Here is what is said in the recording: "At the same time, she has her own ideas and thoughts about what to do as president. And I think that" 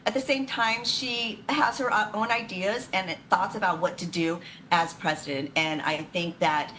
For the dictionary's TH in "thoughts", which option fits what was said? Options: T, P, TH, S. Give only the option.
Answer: TH